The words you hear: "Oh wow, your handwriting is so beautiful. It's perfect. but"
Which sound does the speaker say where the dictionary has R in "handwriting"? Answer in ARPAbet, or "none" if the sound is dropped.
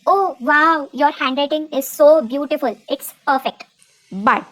L